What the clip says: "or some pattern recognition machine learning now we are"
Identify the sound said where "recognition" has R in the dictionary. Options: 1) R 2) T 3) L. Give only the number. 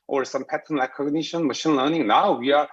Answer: 3